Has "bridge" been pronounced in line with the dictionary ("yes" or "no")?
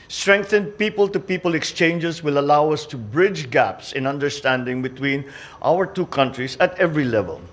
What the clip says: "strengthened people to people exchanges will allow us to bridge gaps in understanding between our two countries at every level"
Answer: yes